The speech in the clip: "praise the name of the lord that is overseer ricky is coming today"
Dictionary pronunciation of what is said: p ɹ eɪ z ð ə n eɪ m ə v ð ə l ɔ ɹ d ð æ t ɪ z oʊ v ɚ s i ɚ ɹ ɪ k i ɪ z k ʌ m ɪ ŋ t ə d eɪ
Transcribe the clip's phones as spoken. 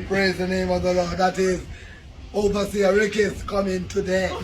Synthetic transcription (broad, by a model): p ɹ eɪ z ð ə n eɪ m ə v ð ə l ɔ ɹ d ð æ t ɪ z oʊ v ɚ s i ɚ ɹ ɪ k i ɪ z k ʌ m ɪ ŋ t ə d eɪ